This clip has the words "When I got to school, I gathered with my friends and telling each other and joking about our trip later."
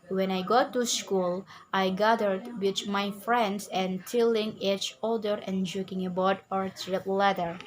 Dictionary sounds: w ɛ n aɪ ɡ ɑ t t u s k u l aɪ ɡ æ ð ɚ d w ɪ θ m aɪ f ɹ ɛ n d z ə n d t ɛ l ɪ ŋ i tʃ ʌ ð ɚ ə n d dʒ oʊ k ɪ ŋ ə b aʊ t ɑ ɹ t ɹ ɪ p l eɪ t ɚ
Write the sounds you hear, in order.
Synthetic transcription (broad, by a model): w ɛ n aɪ ɡ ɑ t t u s k u l aɪ ɡ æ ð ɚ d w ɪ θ m aɪ f ɹ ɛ n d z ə n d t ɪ l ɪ ŋ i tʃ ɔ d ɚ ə n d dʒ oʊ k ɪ ŋ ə b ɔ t ɑ ɹ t ɹ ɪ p l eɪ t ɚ